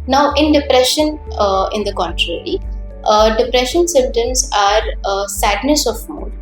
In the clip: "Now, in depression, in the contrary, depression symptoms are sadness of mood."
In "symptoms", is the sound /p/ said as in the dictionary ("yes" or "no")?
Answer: no